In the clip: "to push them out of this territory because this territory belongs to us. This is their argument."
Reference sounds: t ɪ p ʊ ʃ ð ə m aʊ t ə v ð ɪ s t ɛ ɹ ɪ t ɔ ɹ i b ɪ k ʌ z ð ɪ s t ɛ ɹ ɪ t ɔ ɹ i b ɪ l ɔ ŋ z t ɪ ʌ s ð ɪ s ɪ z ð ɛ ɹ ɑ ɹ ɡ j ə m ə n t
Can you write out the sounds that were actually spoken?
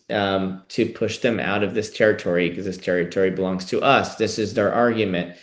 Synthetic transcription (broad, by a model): t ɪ p ʊ ʃ ð ə m aʊ t ə v ð ɪ s t ɛ ɹ ɪ t ɔ ɹ i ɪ k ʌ z ð ɪ s t ɛ ɹ ɪ t ɔ ɹ i b ɪ l ɔ ŋ z t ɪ ʌ s ð ɪ s ɪ z ð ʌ ɹ ɑ ɹ ɡ j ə m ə n t